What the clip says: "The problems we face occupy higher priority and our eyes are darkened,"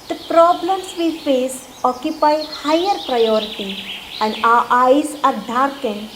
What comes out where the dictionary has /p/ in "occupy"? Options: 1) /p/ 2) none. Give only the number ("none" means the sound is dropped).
1